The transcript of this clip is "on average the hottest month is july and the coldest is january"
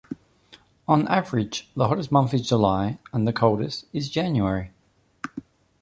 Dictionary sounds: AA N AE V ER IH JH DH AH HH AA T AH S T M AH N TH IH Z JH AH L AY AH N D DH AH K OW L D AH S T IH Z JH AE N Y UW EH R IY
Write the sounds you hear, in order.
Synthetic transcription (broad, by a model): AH N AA V ER IH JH DH AH HH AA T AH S M AH N TH IH Z JH AH L AY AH N DH AH K OW L D AH S T IH Z JH AE N Y UW EH R IY